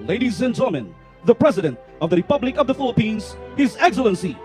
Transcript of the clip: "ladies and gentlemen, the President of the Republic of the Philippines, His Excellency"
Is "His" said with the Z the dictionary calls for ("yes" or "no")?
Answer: yes